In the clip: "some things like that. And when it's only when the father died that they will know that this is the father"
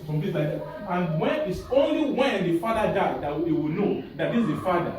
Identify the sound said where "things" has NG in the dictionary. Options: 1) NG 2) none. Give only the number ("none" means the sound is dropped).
2